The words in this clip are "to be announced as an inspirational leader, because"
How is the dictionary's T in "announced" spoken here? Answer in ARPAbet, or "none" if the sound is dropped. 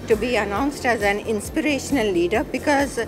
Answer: T